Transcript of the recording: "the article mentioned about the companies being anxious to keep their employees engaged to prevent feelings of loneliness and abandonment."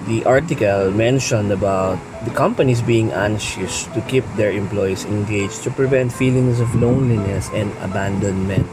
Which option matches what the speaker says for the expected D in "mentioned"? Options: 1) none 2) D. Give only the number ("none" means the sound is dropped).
2